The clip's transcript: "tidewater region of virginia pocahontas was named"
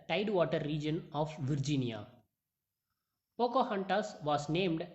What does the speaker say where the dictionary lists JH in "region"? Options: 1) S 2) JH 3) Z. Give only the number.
2